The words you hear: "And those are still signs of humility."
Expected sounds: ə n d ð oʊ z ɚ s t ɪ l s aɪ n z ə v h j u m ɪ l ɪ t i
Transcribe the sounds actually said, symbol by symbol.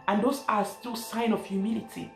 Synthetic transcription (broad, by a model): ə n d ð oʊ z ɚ s t ɪ l s aɪ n ə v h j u m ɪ l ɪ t i